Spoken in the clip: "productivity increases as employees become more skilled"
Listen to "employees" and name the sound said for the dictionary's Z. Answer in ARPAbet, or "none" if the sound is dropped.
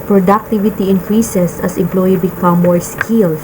none